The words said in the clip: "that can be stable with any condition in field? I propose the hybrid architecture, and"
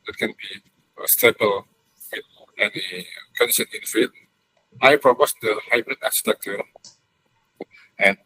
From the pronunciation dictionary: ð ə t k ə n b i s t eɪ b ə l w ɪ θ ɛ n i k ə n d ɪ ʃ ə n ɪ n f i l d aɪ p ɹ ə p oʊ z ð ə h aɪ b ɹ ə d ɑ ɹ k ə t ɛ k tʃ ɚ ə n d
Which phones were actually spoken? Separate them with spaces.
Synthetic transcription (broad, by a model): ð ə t k ə n b i s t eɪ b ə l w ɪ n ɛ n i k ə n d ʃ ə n ɪ n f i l aɪ p ɹ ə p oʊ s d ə h aɪ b ɹ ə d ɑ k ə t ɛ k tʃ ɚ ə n